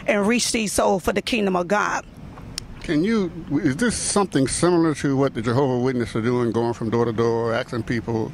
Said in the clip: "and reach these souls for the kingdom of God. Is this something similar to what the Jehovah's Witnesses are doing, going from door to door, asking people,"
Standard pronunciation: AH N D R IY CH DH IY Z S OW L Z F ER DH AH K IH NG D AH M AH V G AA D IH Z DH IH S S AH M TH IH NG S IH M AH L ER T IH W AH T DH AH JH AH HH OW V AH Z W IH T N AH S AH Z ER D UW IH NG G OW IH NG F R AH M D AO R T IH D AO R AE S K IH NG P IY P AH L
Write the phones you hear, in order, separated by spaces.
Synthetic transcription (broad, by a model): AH N R IY CH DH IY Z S OW L F ER DH AH K IH NG D AH M AH V G AA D IH Z DH IH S S AH M TH IH NG S IH M L ER T IH W AH T DH AH JH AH HH OW V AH W IH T N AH S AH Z D UW IH NG G OW IH NG F R AH M D AO R T IH D AO R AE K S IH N P IY P L